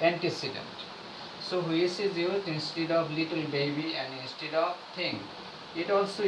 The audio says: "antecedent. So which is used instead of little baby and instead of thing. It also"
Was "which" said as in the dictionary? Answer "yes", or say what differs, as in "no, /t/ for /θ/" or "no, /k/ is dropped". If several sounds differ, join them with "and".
no, /s/ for /tʃ/